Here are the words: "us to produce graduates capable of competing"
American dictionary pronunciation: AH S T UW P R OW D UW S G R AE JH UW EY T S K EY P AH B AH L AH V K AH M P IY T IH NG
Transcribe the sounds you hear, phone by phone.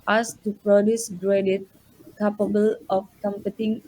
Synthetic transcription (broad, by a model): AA S T UW P R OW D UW S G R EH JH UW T K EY P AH B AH L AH F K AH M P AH T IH NG